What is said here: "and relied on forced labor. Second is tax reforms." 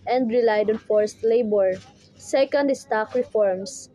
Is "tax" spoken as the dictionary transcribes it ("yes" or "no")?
no